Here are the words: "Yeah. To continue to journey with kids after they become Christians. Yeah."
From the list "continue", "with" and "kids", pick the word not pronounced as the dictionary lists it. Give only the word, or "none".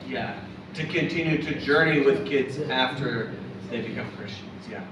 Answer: none